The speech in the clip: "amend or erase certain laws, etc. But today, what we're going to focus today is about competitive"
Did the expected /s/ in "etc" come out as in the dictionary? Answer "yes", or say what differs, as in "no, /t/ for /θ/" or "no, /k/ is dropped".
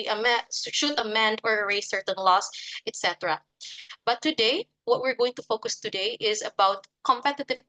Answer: yes